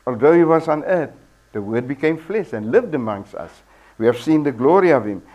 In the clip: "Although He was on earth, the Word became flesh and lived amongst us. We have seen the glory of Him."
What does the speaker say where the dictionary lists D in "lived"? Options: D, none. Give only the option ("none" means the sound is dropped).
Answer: D